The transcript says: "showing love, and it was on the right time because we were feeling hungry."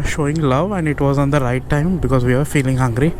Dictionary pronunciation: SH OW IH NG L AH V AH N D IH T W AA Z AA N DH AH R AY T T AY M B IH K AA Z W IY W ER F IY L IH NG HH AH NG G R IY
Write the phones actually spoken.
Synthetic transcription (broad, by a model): SH OW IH NG L AH V AH N D IH T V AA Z AA N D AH R AY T T AY M B IH K AA Z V IY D F IY L IH NG HH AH NG G R IY